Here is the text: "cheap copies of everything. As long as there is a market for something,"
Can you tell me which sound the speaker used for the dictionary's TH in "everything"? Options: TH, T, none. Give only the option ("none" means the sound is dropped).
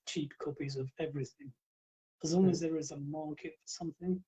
TH